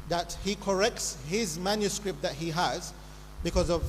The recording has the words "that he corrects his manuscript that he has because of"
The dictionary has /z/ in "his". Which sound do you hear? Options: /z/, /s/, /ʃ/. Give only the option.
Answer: /z/